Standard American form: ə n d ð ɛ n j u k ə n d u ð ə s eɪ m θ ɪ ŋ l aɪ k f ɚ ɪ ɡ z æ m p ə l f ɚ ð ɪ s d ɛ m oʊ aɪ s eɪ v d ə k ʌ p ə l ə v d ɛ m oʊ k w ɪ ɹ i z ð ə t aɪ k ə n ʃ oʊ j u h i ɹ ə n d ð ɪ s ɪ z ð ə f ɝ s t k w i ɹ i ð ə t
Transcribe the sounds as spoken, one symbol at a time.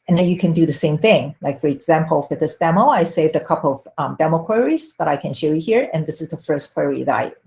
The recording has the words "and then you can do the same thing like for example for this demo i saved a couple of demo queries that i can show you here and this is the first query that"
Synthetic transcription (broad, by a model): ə n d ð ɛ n j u k ə n d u ð ə s eɪ m θ ɪ ŋ l aɪ k f ɚ ɪ ɡ z æ m p ə l f ɚ ð ɪ s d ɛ m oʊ aɪ s eɪ v d ə k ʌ p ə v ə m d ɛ m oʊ k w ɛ ɹ i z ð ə t aɪ k ə n ʃ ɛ j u h i ɹ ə n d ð ɪ s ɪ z ð ə f ɝ s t k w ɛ ɹ i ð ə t